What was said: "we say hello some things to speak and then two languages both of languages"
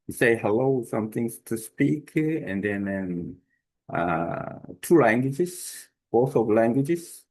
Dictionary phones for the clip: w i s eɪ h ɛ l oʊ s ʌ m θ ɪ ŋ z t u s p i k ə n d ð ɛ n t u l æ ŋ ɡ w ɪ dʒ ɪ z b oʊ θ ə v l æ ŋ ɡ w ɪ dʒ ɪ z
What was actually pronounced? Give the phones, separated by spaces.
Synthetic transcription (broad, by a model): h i s eɪ h ɛ l oʊ s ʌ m t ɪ ŋ s t u s p i k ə n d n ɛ n t u l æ ŋ ɡ w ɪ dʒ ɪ s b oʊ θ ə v l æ ŋ ɡ w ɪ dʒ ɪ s